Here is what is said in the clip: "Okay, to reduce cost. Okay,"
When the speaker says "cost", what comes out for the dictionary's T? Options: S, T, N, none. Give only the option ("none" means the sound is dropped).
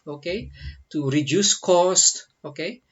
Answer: T